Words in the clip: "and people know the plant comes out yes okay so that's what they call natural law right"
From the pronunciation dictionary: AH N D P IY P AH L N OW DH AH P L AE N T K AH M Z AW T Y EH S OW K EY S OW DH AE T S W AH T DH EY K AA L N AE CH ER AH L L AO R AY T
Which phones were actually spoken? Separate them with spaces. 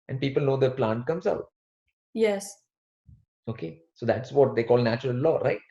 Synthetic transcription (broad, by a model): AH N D P IY P AH L N OW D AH P L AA N T K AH M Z AW T Y EH S OW K EY S OW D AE T S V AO T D EY K AA L N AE CH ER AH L L AO R AY T